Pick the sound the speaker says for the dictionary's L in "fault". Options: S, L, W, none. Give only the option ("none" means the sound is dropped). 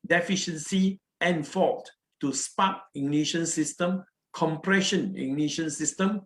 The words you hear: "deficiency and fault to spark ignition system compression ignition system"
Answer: none